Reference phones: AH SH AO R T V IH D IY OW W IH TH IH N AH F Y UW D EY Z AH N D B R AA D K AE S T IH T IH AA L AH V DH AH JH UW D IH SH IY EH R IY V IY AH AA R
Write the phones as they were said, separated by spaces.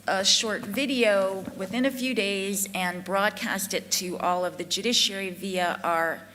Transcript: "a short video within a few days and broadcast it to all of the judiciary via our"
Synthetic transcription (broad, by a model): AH SH AO R T V IH D IY OW W IH TH IH N AH F Y UW D EY Z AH N B R AA D K AE S T IH T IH AA L AH V DH AH JH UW D IH SH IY EH R IY V IY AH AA R